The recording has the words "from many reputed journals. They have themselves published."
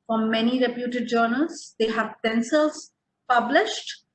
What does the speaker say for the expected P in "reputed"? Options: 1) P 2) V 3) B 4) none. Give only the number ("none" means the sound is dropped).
1